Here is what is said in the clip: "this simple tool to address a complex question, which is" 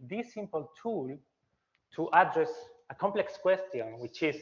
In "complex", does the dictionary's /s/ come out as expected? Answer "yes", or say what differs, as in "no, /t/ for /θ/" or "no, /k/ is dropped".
yes